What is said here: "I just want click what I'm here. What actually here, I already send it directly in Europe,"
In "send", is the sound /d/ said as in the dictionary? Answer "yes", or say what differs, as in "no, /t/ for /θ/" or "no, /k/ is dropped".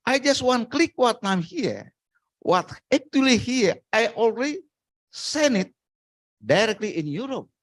no, /d/ is dropped